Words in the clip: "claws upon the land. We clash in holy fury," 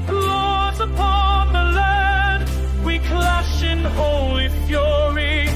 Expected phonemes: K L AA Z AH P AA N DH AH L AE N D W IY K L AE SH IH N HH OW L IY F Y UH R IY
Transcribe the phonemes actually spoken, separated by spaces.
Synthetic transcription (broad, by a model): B L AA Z AH P AA N DH AH L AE D W IY K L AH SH IH N HH OW L IY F Y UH R IY